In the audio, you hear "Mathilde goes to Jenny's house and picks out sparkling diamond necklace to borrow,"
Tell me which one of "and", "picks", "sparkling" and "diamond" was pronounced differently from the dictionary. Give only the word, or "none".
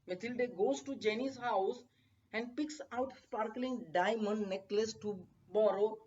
none